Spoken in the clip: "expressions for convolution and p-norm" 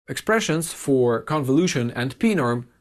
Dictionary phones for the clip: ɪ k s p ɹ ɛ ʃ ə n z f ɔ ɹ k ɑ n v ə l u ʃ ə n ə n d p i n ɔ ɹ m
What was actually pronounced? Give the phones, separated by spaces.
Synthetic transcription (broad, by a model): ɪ k s p ɹ ɛ ʃ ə n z f ɔ ɹ k ɑ n v ə l u ʃ ə n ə n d p i n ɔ ɹ m